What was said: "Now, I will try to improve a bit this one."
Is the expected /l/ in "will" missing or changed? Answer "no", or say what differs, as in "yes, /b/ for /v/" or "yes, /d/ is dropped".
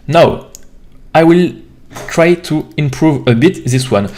no